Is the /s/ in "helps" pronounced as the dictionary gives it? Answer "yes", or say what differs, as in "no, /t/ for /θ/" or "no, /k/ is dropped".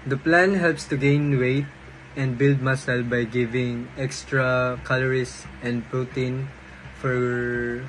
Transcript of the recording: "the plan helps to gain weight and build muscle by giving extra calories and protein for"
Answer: yes